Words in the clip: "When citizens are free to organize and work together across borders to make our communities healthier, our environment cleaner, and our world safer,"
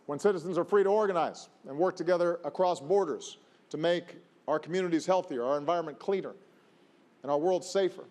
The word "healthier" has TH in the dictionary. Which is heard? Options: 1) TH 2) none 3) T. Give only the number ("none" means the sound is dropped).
1